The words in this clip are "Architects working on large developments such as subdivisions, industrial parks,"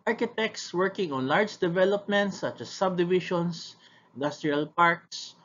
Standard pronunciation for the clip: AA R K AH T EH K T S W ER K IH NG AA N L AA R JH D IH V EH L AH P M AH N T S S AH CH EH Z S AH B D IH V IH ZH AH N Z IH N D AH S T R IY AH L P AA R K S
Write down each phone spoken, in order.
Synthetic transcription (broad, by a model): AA R K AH T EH K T S W ER K IH NG AA N L AA R JH D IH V EH L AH P M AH N T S S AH CH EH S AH B D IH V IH SH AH N S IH N D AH S T R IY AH L P AA R K S